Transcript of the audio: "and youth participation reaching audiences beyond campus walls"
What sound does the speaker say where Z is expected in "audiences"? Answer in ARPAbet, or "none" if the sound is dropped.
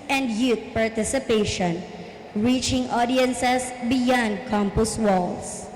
S